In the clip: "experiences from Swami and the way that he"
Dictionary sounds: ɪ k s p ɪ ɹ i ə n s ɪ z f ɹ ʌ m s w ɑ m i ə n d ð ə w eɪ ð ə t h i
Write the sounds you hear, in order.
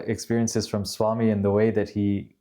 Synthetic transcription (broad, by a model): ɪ k s p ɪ ɹ i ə n s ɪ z f ɹ ʌ m s w ɑ m i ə n ð ə w eɪ ð ə t h i